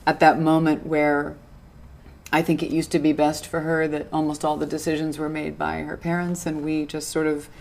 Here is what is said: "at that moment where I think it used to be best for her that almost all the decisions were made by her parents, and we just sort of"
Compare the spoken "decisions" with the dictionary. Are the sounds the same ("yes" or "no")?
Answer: yes